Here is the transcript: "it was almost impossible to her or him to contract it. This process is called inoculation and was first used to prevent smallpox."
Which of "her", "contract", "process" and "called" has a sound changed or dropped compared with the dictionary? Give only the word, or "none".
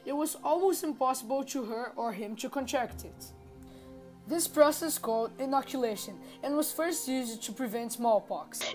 none